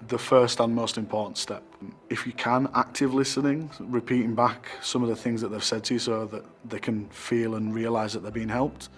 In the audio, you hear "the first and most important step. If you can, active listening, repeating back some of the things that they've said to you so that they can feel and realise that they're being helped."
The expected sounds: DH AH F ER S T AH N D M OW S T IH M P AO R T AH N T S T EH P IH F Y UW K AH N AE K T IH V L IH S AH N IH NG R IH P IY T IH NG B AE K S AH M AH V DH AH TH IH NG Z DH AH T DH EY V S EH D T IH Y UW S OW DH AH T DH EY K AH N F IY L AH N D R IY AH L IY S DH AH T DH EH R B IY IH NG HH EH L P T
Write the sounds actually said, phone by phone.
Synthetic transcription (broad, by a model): DH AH F ER S T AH N M OW S T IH M P AO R T N T S T EH P IH F Y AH K AH N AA K T IH V L IH S AH N IH NG R IH P IY T IH NG B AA K S AH M AH V DH AH TH IH NG Z DH AH T DH EY V S EH D T IH Y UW S OW DH AH T DH EY K AH N F IY L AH N R IY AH L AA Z DH AH T DH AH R B IY IH NG HH EH L P T